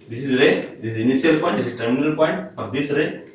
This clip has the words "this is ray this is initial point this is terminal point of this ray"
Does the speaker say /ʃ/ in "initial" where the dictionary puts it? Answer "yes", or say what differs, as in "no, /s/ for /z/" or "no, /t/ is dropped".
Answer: no, /ʃ/ is dropped